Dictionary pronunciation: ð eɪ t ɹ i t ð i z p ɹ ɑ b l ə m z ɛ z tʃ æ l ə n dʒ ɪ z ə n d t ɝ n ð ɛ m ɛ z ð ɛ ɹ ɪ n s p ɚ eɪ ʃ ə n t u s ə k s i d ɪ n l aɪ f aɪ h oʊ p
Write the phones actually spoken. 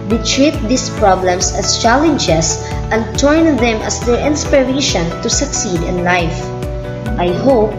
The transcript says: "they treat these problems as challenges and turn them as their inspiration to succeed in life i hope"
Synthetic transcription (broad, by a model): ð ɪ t ɹ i t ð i s p ɹ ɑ b l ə m s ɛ s tʃ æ l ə n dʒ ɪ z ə n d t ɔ n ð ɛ m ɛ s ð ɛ ɹ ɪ n s p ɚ eɪ ʃ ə n t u s ə k s i d ɪ n l aɪ f aɪ h oʊ p